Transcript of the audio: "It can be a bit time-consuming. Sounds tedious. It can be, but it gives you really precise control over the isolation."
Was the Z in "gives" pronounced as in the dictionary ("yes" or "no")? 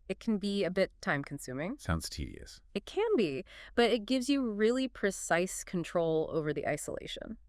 yes